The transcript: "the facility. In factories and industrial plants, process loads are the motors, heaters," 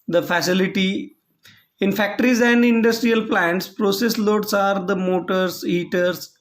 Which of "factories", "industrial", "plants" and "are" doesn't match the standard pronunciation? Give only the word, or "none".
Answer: none